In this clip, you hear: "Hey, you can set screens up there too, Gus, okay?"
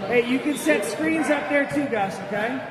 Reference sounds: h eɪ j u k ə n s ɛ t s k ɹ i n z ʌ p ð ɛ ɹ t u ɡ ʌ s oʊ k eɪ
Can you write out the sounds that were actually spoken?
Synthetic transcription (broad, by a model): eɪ j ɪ k ə n s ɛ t s k ɹ i n z ʌ p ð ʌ ɹ t u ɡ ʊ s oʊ k eɪ